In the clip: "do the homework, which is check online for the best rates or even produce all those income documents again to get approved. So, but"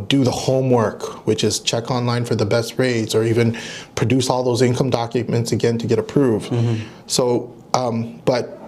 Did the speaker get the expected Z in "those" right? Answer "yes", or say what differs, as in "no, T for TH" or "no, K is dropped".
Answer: yes